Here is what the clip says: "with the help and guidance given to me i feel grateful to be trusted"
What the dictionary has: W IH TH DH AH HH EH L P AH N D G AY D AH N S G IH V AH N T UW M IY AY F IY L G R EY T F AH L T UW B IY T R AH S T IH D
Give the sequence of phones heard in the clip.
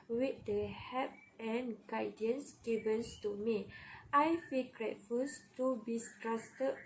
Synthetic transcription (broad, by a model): W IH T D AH HH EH P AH N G AY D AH N S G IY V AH N T UW M IY AY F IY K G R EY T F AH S T UW B IY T R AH S T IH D